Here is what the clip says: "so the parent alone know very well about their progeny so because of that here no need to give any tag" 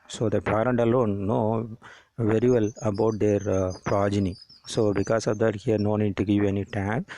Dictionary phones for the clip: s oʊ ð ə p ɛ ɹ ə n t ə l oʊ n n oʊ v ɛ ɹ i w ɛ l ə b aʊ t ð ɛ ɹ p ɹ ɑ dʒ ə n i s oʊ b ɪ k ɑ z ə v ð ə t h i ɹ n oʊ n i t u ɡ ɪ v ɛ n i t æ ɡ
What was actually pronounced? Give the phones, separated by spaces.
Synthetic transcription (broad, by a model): s oʊ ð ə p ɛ ɹ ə n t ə l oʊ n n oʊ v ɛ ɹ i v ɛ l ə b aʊ t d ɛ ɹ p ɹ ɑ dʒ ə n i s oʊ b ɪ k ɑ s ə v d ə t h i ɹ n oʊ n i t u ɡ ɪ v ɛ n i t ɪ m